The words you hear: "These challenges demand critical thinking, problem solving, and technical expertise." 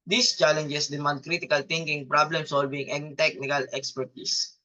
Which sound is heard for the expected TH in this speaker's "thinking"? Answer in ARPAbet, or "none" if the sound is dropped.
T